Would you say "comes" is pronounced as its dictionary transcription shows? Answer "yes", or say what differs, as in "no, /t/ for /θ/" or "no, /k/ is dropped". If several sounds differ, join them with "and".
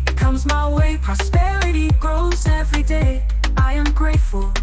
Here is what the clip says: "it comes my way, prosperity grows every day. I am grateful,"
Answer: yes